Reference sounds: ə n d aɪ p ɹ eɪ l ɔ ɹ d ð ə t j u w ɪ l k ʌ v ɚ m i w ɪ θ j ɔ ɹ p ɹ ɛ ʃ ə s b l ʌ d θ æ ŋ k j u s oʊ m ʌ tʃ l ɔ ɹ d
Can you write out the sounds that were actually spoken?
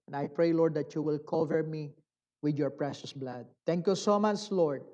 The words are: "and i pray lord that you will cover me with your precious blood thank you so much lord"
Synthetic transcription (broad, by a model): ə n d aɪ p ɹ eɪ l ɔ ɹ d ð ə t j u w ɪ l k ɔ v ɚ m i w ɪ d j ɔ ɹ p ɹ ɛ ʃ ə s b l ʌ d t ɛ ŋ k j u s oʊ m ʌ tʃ l ɔ ɹ d